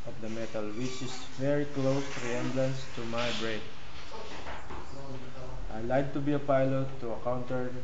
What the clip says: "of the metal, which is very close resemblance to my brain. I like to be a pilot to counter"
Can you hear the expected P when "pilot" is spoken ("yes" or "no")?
yes